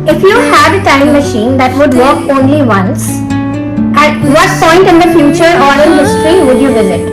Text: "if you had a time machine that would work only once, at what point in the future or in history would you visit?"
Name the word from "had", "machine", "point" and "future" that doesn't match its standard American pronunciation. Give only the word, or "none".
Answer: none